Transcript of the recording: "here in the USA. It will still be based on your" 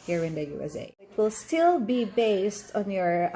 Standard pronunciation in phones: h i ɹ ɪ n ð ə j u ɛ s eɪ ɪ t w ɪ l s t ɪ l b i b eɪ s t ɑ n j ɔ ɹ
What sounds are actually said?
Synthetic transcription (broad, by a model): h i ɹ ɪ n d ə j u ɛ s eɪ ɪ t w ɪ l s t ɪ l b i b eɪ s t ɑ n j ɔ ɹ